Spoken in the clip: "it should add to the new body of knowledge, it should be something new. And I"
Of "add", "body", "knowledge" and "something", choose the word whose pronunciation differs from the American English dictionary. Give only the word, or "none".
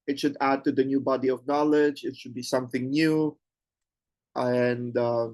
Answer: none